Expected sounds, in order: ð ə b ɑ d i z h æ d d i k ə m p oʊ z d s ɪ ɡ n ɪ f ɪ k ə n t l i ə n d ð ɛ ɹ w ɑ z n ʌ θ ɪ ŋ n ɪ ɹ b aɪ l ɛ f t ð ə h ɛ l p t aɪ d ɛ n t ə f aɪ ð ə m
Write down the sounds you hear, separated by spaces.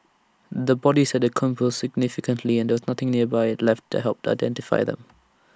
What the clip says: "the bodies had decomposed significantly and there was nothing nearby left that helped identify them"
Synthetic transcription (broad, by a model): ð ə b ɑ d i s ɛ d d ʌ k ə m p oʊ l s ɪ ɡ n ɪ f ɪ k ə n t l i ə n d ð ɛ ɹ w ɑ z n ʌ θ ɪ ŋ n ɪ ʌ b aɪ l ɛ f t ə h ɛ l p t aɪ d ɛ n t ə f aɪ ð ə m